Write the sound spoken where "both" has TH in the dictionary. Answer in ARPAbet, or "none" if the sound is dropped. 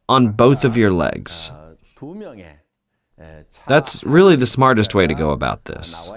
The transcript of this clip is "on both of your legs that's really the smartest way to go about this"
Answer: TH